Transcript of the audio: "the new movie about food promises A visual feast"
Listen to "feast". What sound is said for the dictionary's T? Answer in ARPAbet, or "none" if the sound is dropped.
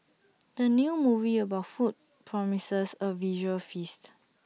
T